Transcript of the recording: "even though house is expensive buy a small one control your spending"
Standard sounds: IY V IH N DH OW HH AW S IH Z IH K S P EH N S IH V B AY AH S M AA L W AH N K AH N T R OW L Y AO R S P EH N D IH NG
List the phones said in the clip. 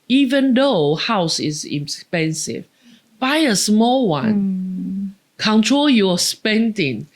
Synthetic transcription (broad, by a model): IY V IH N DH OW HH AW S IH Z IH S P EH N S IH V B AY AH S M AA L W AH N K AH N T R OW L Y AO S P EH N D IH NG